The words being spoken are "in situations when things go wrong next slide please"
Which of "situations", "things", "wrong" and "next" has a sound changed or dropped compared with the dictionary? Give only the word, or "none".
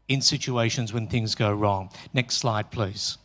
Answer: none